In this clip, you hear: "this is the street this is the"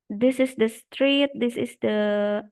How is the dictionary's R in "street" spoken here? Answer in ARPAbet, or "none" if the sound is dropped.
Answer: R